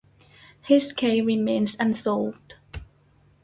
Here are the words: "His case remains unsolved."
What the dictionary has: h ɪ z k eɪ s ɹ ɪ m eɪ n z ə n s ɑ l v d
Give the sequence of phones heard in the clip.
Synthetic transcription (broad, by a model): h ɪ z k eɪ ɹ ɪ m eɪ n z ə n s ɑ l v d